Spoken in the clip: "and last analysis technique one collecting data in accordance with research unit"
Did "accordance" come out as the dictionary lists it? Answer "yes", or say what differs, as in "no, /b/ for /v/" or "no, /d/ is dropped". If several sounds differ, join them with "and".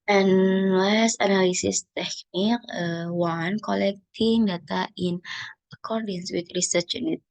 yes